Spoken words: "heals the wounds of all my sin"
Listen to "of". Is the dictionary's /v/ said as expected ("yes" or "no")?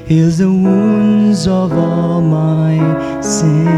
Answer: yes